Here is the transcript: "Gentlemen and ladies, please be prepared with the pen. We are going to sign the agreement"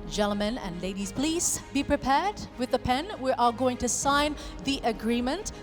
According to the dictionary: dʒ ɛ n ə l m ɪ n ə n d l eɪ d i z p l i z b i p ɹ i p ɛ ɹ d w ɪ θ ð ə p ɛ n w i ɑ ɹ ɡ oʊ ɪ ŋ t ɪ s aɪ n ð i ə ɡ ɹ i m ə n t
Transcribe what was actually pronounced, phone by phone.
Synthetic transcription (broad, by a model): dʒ ɛ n l m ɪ n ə n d l eɪ d i z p l i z b i p ɹ i p ɛ ɹ d w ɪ ð ə p ɛ n w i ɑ l ɡ oʊ ɪ ŋ t ɪ s aɪ n ð i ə ɡ ɹ i m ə n t